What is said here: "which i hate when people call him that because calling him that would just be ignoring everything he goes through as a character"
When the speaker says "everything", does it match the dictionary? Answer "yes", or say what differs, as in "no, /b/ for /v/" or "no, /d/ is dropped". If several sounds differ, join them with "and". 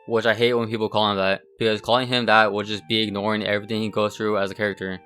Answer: yes